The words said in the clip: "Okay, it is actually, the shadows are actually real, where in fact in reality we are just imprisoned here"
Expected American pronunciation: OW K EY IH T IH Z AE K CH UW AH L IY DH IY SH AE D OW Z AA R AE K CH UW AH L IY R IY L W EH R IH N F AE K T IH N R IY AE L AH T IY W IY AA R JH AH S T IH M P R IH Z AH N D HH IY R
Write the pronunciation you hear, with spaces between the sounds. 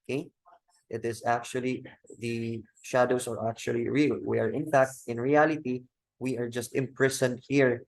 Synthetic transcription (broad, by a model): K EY IH T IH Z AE K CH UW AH L IY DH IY SH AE D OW S AA R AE K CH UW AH L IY R IY L W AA R IH N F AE K T IH N R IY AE L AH T IY W IY AA R JH AH S T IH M P R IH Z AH N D HH IY R